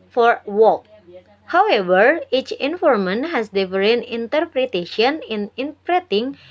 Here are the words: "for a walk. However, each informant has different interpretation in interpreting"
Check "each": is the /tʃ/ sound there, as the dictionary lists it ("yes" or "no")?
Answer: yes